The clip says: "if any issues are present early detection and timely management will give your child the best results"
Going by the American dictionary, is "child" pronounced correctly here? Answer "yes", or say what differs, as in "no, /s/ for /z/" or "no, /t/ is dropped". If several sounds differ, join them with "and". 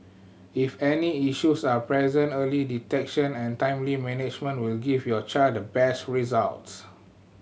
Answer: no, /l/ is dropped